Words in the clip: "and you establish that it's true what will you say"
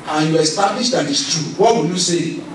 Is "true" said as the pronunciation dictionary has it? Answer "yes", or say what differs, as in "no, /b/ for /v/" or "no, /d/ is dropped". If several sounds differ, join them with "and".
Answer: no, /ɹ/ is dropped